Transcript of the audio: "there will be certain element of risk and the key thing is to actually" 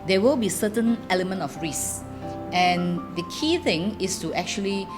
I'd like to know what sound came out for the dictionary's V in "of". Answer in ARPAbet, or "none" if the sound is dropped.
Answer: F